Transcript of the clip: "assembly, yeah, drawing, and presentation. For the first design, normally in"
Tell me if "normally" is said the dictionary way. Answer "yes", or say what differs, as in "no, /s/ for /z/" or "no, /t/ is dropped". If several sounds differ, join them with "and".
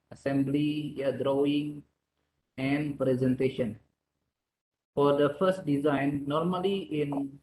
yes